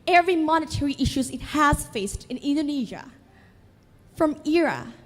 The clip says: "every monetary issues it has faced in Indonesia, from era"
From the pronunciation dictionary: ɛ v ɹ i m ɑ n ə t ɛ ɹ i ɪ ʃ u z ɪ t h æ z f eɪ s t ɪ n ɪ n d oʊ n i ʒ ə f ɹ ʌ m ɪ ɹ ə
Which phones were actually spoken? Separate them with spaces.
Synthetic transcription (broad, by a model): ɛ v ɹ i m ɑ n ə t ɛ ɹ i ɪ ʃ u z ɪ t h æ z f eɪ s t ɪ n ɪ n d oʊ n i ʒ ə f ɹ ʌ m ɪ ɹ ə